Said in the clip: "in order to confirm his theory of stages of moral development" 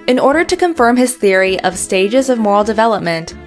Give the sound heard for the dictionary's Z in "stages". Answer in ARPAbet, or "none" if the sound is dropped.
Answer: Z